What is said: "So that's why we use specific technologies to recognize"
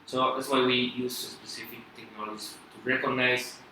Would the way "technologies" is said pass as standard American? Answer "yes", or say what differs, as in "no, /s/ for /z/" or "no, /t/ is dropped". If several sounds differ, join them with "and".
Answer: no, /z/ is dropped